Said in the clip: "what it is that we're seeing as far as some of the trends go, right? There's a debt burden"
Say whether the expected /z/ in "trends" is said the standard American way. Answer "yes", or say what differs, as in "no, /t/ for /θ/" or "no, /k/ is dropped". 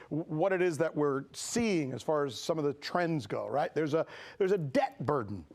yes